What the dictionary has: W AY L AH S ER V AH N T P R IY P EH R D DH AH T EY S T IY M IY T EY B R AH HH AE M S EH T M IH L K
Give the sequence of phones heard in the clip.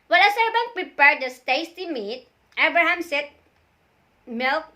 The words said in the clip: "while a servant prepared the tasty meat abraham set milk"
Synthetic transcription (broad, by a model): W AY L AH S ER B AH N P R IY P EH R D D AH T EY S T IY M IY T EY B R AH HH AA M S EH T M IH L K